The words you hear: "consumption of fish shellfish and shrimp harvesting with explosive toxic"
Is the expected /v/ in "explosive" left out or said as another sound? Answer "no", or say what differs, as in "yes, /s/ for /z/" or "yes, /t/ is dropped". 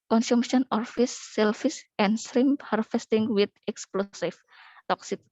yes, /f/ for /v/